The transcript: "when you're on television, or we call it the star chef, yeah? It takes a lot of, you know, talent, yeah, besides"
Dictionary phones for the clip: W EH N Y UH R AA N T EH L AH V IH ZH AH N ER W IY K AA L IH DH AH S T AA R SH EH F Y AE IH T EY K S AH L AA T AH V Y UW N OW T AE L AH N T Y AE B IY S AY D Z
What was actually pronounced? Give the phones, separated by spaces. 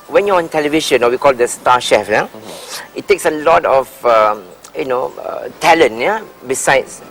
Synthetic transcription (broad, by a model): W EH N Y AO AA N T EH L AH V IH SH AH N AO W IY K AA L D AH S T AA SH EH F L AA IH T EY K S AH L AA T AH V Y UW N OW T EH L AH N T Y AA B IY S AY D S